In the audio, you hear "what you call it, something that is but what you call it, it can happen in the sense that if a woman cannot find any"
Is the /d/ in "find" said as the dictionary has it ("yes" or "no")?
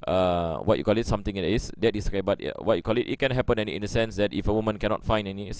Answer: no